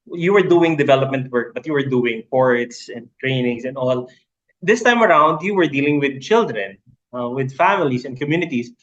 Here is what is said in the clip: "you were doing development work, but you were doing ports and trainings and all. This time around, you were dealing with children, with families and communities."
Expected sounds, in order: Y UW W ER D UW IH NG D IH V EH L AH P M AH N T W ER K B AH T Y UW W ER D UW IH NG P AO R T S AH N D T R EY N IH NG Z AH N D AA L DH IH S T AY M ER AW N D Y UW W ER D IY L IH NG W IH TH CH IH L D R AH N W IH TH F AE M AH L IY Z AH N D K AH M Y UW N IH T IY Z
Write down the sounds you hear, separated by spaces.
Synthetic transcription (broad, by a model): Y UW W ER D UW IH NG D IH V EH L AH P M AH N T W ER K B AH T Y UW W ER D UW IH NG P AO R T S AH N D T R EY N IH NG S AH N D AA L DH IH S T AY M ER AW N D Y UW W ER D IY L IH NG W IH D CH IH L D R AH N W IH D F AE M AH L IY S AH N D K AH M Y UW N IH T IY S